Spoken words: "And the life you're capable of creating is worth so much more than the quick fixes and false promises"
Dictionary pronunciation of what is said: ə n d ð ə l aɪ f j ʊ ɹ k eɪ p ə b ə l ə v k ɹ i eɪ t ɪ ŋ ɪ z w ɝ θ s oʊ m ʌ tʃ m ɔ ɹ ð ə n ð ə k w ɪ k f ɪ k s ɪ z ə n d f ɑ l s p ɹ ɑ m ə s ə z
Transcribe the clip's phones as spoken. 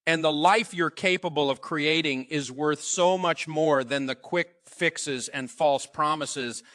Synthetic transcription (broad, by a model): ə n ð ə l aɪ f j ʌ ɹ k eɪ p ə b ə l ə v k ɹ i eɪ t ɪ ŋ ɪ z w ɝ θ s oʊ m ʌ tʃ m ɔ ɹ ð ə n ð ə k w ɪ k f ɪ k s ɪ z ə n f ɑ l s p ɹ ɑ m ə s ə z